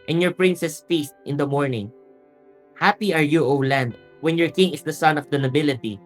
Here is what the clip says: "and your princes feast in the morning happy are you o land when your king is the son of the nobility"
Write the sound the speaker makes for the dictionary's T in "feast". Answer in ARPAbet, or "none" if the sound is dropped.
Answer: T